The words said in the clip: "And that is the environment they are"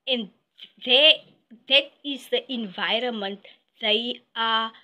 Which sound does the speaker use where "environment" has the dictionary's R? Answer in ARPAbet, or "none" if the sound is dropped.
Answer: R